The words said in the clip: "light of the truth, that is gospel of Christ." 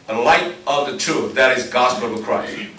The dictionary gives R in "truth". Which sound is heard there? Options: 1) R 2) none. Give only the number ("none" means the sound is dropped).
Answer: 2